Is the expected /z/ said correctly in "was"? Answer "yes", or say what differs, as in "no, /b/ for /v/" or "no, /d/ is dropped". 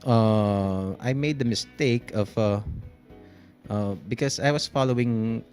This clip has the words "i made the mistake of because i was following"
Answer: no, /s/ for /z/